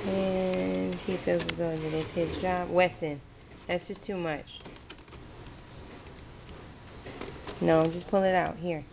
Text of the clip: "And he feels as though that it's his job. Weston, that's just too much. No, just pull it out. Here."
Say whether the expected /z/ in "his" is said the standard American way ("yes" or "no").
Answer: yes